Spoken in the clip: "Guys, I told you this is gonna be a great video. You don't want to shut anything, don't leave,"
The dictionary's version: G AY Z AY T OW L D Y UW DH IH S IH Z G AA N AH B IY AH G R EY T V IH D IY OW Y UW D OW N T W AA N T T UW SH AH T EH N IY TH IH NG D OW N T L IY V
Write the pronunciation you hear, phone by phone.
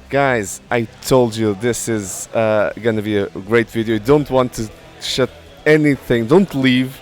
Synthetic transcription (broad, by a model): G AY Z AY T OW L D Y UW DH IH S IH Z G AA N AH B IY AH G R EY T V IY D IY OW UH D OW N T W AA N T T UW SH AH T EH N IY TH IH NG D OW N T L IY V